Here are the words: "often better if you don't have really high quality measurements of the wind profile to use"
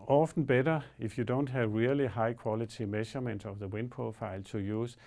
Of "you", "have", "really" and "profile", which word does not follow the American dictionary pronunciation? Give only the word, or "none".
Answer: profile